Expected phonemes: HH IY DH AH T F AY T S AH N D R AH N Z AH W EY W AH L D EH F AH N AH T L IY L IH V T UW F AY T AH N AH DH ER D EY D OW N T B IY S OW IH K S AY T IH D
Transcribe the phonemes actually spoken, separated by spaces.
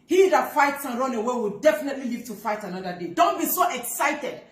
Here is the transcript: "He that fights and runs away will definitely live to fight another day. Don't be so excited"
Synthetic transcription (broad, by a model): HH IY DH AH T F AY T S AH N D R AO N AH W EY W AH L D EH F AH N AH T L IY L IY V T UW F AY T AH N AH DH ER D EY D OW N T B IY S OW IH K S AY T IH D